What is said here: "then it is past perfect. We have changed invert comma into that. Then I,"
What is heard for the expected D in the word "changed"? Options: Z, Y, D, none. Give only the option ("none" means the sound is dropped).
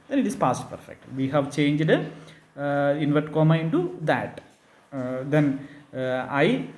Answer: D